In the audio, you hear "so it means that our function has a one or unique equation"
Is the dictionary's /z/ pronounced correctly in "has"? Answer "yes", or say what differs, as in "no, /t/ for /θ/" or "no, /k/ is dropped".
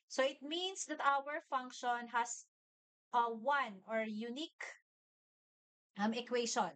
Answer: no, /s/ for /z/